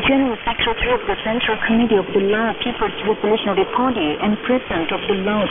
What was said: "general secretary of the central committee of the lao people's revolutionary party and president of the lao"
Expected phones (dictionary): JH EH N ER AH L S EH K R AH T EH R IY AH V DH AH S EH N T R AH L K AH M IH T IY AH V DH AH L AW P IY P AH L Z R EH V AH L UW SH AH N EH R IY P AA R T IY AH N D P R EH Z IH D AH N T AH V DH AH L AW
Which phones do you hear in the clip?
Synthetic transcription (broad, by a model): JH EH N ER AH L S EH K R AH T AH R IY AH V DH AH S EH N T R AH L K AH M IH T IY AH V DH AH L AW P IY P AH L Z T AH P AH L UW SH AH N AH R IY P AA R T IY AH N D P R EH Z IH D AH N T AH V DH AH L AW